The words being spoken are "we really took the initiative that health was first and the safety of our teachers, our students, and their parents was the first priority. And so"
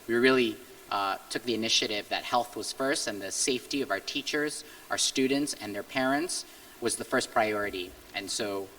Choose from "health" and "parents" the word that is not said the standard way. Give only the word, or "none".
none